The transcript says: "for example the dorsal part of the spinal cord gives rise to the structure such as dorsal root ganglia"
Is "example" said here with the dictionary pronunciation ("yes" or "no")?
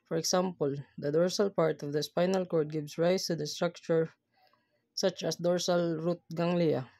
no